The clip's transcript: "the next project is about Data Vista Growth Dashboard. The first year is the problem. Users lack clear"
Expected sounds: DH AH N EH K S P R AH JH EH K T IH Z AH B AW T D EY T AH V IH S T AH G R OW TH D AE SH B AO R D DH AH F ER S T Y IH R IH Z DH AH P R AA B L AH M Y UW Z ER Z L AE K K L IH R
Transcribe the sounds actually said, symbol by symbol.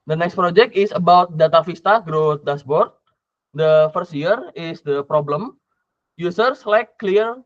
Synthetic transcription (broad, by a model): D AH N EH K S P R AH JH EH K T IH S AH B AW T D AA T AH F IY S T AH G R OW T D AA S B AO R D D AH F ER S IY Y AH R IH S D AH P R AA B L AH M Y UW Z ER S L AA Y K L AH R